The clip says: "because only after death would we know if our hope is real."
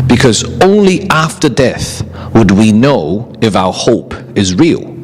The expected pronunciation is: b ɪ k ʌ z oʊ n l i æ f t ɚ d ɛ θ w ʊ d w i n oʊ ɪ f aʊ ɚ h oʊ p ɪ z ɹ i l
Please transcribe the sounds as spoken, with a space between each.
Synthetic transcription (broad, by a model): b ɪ k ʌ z oʊ n l i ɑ f t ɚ d ɛ θ w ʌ d w i n oʊ ɪ f aʊ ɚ h oʊ p ɪ z ɹ i l